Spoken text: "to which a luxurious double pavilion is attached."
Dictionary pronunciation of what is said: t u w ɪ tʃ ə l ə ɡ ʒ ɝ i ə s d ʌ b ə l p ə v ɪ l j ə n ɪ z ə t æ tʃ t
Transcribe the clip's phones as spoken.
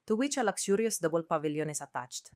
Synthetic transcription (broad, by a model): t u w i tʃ ə l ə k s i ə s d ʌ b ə l p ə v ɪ l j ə n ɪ s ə t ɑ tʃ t